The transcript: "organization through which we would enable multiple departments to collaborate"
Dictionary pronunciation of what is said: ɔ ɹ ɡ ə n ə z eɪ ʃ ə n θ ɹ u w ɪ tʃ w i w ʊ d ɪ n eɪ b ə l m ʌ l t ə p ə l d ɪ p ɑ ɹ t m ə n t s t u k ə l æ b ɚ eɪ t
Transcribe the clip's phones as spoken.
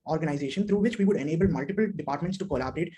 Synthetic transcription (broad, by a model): ɔ ɹ ɡ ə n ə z eɪ ʃ ə n t ɹ u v ɪ tʃ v i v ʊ d ɪ n eɪ b ə l m ʌ l t ə p ə l d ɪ p ɑ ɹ t m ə n t s t u k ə l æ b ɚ eɪ t